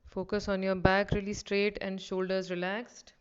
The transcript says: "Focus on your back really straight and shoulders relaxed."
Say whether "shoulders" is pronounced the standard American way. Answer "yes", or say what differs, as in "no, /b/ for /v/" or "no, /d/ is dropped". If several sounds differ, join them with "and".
yes